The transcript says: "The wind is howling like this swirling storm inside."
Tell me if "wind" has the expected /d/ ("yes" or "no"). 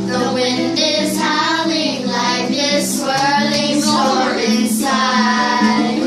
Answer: yes